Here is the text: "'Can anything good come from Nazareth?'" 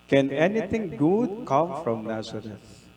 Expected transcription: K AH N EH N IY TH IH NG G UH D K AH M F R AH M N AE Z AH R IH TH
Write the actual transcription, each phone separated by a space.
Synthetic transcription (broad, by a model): K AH N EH N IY T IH NG G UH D K AH M F R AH M N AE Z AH R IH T